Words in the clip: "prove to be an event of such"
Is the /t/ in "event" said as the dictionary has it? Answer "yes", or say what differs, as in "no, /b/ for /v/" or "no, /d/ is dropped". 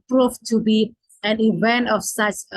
yes